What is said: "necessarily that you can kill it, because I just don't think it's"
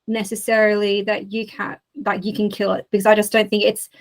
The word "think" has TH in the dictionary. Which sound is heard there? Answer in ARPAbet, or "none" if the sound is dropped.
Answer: TH